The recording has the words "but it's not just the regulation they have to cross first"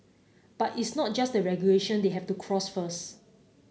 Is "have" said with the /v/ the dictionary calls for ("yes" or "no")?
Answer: no